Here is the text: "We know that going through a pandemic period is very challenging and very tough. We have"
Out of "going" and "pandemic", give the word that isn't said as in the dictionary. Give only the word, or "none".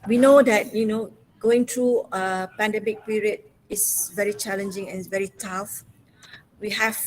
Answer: none